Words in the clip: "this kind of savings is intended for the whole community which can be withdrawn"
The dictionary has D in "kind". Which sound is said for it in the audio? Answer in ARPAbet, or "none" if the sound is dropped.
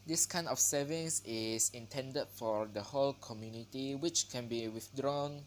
none